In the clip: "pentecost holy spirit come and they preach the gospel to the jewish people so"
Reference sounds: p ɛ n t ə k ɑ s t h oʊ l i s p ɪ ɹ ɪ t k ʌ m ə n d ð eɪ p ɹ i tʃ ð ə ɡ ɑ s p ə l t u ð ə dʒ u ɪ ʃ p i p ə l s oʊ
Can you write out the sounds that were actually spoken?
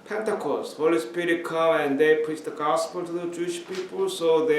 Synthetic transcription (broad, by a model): p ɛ n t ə k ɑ s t h oʊ l i s p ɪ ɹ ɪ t k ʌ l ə n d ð eɪ p i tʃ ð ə ɡ ɑ s p ə l t u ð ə dʒ u ɪ ʃ p i p ə l s oʊ